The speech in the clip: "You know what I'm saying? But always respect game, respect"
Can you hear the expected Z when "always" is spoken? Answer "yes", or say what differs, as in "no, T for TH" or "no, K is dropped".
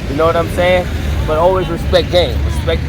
yes